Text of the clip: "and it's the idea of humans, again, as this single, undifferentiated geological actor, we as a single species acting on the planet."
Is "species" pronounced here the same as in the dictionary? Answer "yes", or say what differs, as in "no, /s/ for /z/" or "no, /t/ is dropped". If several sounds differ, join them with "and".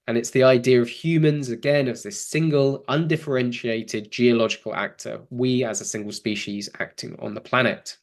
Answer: yes